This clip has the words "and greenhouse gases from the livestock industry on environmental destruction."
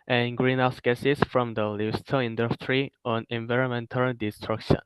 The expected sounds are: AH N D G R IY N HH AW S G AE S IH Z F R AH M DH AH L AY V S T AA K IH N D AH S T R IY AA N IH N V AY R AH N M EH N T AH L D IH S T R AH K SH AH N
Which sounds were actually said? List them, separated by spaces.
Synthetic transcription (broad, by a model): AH N G R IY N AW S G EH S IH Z F R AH M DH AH L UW S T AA IH N D AH S T R IY AA N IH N V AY R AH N M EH N T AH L D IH S T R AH K SH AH N